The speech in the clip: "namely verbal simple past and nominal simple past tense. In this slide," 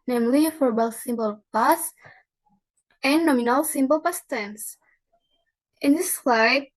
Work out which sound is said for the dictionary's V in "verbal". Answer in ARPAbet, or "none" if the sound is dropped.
F